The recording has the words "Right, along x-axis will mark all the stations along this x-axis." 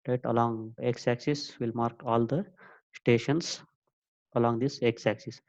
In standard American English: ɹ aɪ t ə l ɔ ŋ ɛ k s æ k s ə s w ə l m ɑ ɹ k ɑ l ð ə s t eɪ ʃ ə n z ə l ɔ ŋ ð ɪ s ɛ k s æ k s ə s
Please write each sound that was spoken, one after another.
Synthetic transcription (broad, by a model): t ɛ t ə l ɔ ŋ ɛ k s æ k s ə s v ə l m ɑ ɹ k ɑ l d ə s t eɪ ʃ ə n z ə l ɔ ŋ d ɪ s ɛ k s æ k s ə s